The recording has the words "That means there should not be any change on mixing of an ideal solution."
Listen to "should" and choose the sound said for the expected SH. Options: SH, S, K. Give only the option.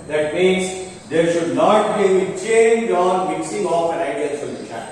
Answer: SH